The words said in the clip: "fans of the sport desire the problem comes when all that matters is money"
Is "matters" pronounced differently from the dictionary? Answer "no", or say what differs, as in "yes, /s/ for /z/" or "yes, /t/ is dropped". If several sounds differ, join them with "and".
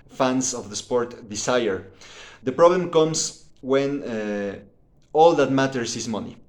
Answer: yes, /s/ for /z/